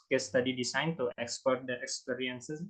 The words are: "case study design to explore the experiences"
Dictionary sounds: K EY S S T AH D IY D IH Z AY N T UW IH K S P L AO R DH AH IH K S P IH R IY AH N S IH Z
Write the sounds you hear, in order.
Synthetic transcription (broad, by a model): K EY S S T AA D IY D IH S AY N T UW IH K S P AO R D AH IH K S P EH R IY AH N S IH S